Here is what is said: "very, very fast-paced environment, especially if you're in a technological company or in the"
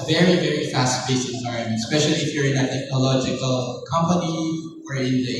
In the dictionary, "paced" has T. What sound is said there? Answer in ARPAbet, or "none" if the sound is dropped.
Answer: none